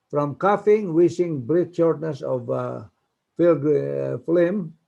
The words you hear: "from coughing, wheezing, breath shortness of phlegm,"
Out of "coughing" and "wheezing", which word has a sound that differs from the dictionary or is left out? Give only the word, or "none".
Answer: wheezing